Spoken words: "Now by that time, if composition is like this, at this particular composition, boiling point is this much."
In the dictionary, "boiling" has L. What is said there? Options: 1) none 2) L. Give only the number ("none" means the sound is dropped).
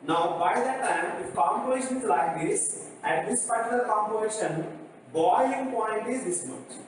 1